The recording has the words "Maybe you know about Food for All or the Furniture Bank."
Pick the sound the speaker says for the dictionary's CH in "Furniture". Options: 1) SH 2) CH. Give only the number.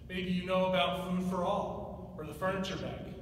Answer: 2